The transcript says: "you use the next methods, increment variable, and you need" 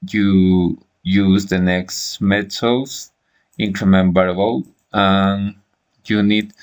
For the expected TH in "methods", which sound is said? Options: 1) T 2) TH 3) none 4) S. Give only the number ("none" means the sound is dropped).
1